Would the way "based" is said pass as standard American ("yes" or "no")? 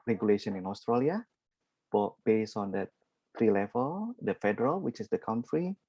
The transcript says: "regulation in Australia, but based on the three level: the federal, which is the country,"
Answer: no